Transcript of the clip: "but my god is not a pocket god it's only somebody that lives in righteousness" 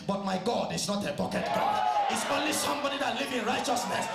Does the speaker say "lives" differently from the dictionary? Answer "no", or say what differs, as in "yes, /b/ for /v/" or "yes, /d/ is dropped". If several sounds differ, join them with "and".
yes, /z/ is dropped